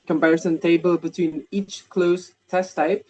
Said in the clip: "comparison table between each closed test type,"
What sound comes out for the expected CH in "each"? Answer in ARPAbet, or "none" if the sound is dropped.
CH